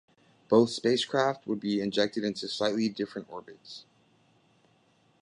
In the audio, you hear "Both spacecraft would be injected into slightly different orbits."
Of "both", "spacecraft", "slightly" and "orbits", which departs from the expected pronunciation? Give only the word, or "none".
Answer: none